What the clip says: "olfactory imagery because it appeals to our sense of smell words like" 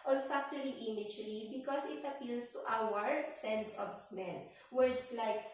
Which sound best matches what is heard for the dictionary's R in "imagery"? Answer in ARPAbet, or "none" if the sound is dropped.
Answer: L